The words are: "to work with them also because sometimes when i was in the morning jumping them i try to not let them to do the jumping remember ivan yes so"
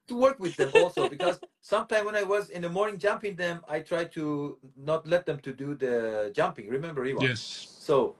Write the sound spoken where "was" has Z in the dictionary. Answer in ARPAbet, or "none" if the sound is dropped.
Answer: Z